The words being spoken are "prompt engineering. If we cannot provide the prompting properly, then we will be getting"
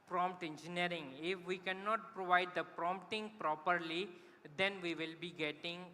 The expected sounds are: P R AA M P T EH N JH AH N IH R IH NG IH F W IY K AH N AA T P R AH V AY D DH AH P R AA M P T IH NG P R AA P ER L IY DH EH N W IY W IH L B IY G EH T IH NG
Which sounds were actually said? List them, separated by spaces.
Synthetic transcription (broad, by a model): P R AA M P T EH N JH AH N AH R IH NG IH F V IY K AH N AA T P R AH V AY D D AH P R AA M P T IH NG P R AA P ER L IY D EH N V IY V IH L B IY G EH T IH NG